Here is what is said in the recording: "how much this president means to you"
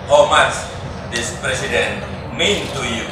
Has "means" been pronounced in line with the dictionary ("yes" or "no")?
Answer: no